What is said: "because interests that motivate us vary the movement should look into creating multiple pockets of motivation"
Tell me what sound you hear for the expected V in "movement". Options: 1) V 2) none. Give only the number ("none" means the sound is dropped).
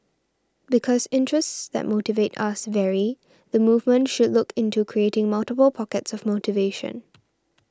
1